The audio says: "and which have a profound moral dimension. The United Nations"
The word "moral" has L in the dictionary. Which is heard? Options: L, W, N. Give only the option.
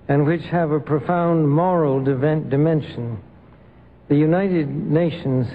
N